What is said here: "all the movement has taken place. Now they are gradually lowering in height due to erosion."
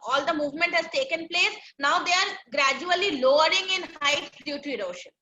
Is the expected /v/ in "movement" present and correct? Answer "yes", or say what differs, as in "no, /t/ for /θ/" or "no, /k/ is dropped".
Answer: yes